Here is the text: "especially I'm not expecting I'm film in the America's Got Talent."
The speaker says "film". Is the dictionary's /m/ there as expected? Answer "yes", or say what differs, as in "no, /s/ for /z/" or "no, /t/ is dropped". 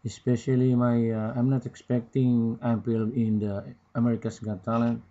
no, /m/ is dropped